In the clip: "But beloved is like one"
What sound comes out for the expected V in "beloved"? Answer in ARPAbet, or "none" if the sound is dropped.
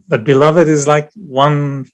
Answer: V